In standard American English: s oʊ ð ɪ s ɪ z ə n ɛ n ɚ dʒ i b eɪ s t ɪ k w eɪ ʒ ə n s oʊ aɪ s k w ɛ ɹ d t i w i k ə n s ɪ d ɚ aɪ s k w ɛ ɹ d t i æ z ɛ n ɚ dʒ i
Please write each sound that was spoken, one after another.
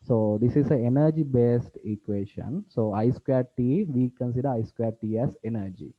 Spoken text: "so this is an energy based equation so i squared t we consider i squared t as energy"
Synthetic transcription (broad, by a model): s oʊ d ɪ s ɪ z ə ɛ n ɚ dʒ i b eɪ s t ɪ k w eɪ ʃ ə n s oʊ aɪ s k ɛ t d t i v i k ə n s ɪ d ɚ aɪ s k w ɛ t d t i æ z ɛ n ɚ dʒ i